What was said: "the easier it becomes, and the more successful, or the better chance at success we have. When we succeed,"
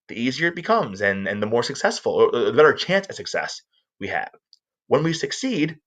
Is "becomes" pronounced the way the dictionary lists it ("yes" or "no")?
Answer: yes